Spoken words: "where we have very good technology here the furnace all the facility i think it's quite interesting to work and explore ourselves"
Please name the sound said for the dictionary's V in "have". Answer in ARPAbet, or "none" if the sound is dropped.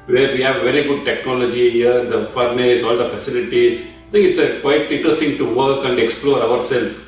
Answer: V